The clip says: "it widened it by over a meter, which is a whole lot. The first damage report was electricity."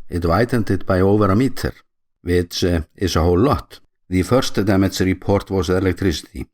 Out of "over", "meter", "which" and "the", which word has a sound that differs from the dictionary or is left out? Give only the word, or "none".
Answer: which